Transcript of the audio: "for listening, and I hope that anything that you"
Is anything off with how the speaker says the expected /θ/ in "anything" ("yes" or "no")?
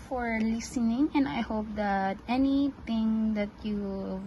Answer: yes